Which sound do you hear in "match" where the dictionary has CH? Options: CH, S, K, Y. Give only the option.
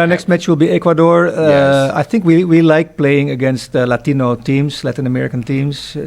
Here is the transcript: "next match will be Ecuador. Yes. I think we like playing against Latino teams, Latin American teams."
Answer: CH